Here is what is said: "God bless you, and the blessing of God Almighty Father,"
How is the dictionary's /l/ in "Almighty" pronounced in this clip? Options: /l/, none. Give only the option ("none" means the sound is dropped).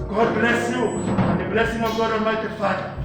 none